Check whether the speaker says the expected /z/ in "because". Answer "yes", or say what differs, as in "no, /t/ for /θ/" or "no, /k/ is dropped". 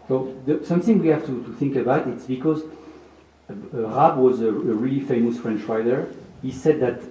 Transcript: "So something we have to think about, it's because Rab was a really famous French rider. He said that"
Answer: yes